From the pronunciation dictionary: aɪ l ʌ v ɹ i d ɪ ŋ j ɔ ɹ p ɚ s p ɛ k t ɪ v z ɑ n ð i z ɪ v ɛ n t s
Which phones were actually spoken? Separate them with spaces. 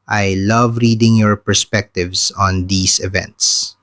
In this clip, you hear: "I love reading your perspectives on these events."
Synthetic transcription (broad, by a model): aɪ l ʌ v ɹ i d ɪ ŋ j ɔ ɹ p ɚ s p ɛ k t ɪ v s ɑ n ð i s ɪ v ɛ n t s